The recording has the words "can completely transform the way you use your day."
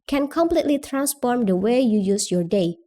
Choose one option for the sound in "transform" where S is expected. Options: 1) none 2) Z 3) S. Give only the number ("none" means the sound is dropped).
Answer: 3